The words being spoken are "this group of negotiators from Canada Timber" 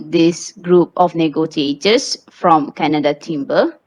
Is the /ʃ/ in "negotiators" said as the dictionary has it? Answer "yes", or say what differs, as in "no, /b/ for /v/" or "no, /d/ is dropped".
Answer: no, /s/ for /ʃ/